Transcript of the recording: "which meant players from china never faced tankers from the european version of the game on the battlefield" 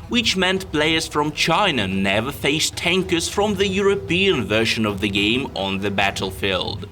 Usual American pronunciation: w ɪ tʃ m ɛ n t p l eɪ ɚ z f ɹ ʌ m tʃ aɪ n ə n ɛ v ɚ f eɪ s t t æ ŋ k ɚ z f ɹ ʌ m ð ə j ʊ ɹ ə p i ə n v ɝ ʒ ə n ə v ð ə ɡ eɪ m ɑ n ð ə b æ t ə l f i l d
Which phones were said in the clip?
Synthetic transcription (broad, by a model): w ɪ tʃ m ɛ n t p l eɪ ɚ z f ɹ ʌ m tʃ aɪ n ə n ɛ v ɚ f eɪ s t t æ ŋ k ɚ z f ɹ ʌ m ð ə j ʊ ɹ ə p i ə n v ɝ ʃ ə n ə v ð ə ɡ eɪ m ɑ n ð ə b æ t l f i l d